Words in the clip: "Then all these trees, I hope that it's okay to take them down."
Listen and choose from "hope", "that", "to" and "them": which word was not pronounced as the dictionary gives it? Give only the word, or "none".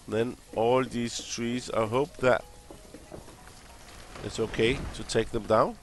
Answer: none